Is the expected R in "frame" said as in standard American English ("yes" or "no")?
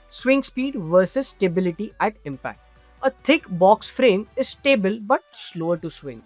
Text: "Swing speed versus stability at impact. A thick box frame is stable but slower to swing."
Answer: yes